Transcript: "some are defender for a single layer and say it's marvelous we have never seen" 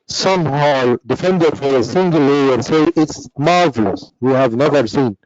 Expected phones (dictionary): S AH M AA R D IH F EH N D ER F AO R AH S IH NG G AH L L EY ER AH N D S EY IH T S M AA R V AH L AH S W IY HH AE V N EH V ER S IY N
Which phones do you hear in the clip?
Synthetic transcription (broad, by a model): S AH M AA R D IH F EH N D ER F AO R AH S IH NG G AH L L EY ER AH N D S EY IH T S M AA R V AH L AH S W IY HH AE V N EH V ER S IY N